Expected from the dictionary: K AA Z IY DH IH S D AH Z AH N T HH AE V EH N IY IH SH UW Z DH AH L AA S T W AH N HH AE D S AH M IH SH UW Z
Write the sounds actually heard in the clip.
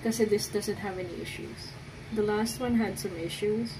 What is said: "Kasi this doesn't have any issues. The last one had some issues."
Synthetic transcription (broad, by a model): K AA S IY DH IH S D AH Z AH N T HH AE V EH N IY IH SH UW Z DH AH L AA S T W AH N HH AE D S AH M IH SH UW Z